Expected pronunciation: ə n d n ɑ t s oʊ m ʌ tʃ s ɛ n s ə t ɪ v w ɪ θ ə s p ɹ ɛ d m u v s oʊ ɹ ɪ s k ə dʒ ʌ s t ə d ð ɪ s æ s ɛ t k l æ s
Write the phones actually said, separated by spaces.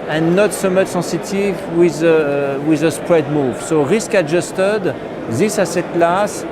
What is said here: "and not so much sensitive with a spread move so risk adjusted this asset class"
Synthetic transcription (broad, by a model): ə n n ɑ t s oʊ m ʌ tʃ s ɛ s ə t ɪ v w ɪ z ə s p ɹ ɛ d m u v s oʊ ɹ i s k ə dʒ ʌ s t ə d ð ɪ s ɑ s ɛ t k l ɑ s